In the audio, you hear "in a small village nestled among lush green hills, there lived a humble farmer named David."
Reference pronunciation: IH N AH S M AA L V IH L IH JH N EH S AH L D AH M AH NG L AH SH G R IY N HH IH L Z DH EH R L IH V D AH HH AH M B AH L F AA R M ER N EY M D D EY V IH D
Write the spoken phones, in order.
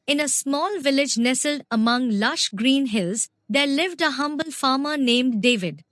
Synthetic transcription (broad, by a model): IH N AH S M AA L V IH L IH JH N EH S AH L D AH M AH NG L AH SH G R IY N HH IH L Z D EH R L IH V D AH HH AH M B AH L F AA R M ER N EY M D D EY V IH D